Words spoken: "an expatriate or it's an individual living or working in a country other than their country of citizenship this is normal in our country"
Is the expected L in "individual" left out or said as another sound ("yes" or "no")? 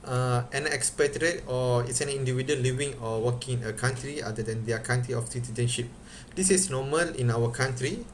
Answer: yes